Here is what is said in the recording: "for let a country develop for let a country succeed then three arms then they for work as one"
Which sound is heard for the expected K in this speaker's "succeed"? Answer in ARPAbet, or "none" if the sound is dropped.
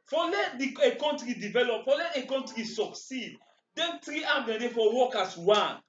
K